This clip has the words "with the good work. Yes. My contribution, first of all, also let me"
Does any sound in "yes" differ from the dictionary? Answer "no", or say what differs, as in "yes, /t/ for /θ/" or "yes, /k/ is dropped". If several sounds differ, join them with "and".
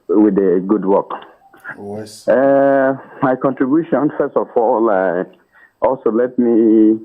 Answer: yes, /s/ is dropped